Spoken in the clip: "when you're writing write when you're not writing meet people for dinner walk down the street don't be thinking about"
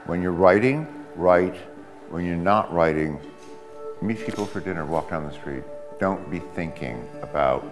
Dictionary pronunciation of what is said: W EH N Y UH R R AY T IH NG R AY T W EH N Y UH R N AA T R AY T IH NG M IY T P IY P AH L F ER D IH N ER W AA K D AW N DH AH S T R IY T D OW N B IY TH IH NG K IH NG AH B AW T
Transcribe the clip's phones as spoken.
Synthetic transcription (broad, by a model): W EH N Y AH R R AY T IH NG R AY T W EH N Y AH R N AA T R AY T IH NG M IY P IY P L F ER D IH N ER W AA K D AW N DH AH S T R IY T D OW N B IY TH IH NG K IH NG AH B AW T